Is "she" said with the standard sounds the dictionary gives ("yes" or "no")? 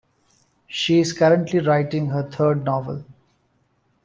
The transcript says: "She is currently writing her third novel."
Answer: yes